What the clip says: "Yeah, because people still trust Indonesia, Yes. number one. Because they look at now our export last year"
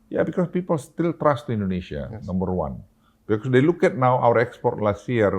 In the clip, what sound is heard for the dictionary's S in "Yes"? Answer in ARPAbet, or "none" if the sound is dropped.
none